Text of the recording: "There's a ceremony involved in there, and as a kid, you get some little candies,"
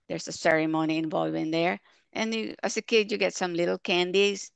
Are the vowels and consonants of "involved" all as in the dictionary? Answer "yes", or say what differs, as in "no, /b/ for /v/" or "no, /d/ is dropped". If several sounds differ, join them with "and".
no, /d/ is dropped